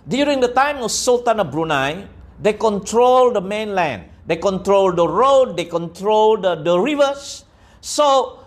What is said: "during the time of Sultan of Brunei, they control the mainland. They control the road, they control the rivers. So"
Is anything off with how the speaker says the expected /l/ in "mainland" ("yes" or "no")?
no